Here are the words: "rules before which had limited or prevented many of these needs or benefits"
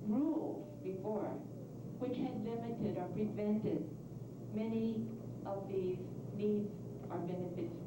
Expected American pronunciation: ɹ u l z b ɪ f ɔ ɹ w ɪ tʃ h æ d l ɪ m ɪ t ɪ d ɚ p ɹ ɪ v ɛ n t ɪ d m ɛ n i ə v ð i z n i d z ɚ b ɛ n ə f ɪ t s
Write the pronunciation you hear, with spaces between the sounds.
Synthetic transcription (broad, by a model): ɹ u l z b ɪ f ɔ ɹ w ɪ tʃ h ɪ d l ɪ m ɪ t ɪ d ɚ p ɹ ɪ v ɛ n t ɪ d m ɛ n i ə v ð i z n i d z ɚ b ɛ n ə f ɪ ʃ